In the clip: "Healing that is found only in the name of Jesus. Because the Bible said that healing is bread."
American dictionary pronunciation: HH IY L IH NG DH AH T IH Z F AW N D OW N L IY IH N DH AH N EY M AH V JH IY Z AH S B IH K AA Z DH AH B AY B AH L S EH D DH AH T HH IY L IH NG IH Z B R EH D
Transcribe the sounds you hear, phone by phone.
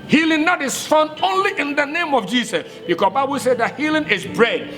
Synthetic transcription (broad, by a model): HH IY L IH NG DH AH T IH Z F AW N OW N L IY IH N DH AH N EY M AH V JH IY S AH S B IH K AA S B AY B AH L S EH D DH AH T HH IY L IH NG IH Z B R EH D